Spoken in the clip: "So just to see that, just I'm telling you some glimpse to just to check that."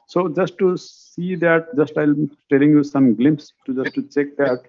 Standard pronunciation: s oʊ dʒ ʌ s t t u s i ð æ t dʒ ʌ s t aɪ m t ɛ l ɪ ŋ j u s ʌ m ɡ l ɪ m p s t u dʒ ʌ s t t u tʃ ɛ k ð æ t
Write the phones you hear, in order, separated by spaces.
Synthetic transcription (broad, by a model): s oʊ dʒ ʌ s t t u s i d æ t dʒ ʌ s t aɪ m t ɛ l ɪ ŋ j u s ʌ m ɡ l ɪ m p s t u dʒ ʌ s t t u tʃ ɛ k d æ t